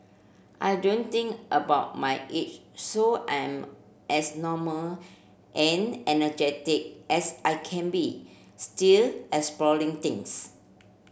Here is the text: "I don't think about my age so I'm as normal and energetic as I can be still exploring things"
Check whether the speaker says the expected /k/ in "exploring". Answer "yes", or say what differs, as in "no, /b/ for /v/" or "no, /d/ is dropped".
no, /k/ is dropped